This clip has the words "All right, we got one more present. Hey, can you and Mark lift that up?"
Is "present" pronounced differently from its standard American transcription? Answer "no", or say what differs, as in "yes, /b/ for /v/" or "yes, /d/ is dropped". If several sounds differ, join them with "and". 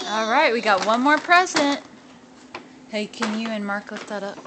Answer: no